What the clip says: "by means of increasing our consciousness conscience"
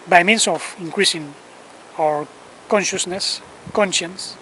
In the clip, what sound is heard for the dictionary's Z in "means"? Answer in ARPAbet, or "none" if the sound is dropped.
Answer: S